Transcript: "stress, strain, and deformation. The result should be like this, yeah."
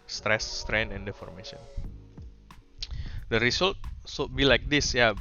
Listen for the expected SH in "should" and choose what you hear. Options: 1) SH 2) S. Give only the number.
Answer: 2